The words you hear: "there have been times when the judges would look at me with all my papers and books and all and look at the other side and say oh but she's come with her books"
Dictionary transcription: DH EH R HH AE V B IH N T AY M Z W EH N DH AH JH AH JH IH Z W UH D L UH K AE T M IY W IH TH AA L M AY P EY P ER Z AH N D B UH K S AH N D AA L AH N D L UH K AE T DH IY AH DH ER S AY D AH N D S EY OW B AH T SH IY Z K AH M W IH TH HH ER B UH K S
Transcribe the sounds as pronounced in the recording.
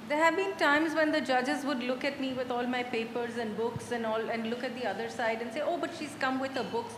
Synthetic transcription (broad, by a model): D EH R HH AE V B IH N T AY M Z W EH N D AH JH AH JH IH Z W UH D L UH K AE T M IY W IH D AA L M AY P EY P ER Z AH N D B UH K S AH N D AA L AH N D L UH K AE T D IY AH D ER S AY D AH N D S EY OW B AH T SH IY Z K AH M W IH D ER B UH K S